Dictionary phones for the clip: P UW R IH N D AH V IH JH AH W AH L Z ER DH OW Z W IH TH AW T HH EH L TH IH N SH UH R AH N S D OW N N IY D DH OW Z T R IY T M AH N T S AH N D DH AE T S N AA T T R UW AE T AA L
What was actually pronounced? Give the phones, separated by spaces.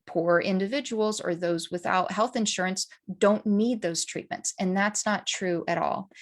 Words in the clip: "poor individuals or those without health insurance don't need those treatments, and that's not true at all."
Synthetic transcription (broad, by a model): P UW R IH N D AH V IH JH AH W L Z ER DH OW Z W IH TH AW T HH EH L TH IH N SH UH R AH N S D OW N N IY D DH OW Z T R IY T M AH N T S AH N DH AE T S N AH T T R UW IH T AA L